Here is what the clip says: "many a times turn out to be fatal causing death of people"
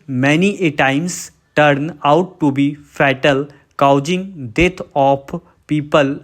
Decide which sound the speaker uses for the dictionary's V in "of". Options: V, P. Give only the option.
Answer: P